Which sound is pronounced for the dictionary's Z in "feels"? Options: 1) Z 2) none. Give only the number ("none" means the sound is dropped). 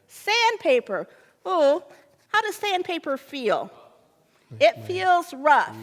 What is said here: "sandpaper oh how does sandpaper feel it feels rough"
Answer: 1